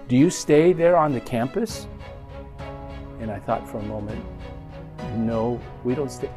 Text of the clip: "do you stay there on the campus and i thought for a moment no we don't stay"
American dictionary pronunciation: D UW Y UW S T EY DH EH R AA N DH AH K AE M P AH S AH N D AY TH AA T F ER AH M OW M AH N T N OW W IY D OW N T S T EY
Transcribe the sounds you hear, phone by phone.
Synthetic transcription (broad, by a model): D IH Y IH S T EY DH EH R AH N DH AH K AE M P AH S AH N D AY TH AA T F ER AH M OW M AH N T N OW W IY D OW N T S T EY